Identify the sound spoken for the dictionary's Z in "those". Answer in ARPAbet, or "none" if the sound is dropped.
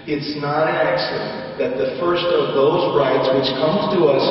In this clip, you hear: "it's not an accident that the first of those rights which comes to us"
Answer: Z